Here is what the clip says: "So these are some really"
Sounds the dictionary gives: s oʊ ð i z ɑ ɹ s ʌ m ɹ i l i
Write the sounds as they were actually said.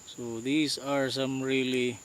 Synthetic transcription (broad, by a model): s oʊ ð i s ɑ ɹ s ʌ m ɹ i l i